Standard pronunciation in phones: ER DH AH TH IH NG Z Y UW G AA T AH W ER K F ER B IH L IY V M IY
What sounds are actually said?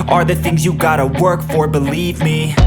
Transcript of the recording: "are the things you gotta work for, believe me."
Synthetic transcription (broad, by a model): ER DH AH TH IH NG Z Y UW G AA T AH W ER K F ER B IH L IY V M IY